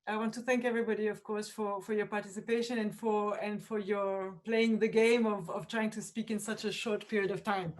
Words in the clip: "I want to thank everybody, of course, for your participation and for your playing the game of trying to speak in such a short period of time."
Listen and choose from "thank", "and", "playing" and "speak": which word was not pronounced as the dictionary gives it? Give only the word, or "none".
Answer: none